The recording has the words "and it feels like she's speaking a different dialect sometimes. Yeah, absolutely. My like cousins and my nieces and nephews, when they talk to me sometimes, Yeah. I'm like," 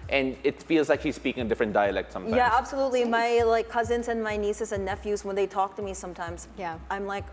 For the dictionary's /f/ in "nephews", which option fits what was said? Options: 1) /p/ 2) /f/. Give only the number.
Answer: 2